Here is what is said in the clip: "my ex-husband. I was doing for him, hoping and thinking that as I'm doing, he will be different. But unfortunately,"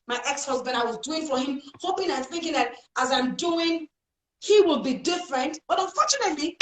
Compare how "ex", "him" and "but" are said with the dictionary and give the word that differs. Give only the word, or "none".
none